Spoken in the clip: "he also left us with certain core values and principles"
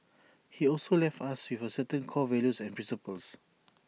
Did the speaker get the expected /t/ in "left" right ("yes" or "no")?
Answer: yes